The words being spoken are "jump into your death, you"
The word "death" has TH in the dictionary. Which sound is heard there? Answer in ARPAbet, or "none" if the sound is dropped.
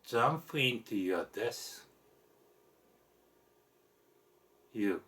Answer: S